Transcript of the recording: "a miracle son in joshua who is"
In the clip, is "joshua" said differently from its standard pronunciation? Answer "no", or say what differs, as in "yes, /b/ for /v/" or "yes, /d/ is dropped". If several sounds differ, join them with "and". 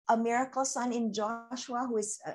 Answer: no